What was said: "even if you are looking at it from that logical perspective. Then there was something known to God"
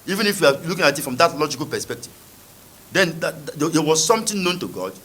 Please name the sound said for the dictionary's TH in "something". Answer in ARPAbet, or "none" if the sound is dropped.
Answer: T